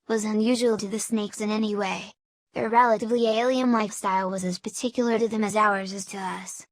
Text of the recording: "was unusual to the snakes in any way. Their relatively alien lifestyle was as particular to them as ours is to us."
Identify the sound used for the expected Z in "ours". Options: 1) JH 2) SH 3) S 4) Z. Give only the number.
4